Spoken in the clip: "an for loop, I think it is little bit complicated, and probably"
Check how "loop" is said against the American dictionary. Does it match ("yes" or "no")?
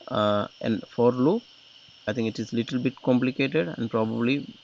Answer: no